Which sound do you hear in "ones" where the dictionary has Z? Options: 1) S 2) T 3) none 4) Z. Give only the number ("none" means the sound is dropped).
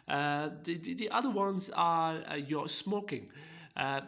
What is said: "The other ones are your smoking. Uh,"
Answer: 4